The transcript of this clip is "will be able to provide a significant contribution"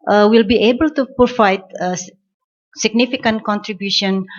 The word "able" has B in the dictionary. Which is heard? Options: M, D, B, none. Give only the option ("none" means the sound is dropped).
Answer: B